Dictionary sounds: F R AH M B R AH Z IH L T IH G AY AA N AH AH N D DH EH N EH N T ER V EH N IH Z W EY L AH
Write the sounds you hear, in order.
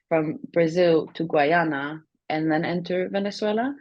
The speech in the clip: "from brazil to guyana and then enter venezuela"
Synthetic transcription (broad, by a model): F R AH M B R AH Z IH L T IH G AY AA N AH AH N DH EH N EH N T ER V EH N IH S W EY L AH